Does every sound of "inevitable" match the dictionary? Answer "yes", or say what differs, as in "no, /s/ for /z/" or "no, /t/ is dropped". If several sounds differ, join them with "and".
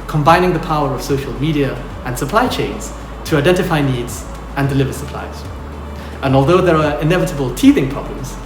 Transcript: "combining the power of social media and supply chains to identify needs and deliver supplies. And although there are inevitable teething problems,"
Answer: yes